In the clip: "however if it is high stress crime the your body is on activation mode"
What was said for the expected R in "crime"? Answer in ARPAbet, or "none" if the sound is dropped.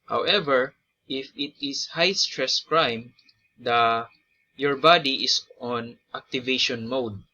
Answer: R